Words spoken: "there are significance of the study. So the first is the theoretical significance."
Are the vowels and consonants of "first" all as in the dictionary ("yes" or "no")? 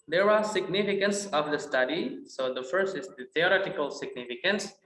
yes